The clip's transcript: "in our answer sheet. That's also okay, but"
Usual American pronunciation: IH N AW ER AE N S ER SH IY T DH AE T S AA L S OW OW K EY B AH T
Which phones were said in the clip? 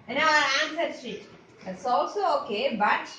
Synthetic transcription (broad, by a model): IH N AW ER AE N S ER S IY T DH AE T S AA L S OW OW K EY B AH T